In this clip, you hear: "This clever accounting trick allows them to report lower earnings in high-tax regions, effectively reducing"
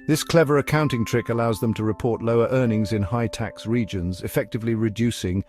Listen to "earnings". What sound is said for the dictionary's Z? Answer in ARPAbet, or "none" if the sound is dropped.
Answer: Z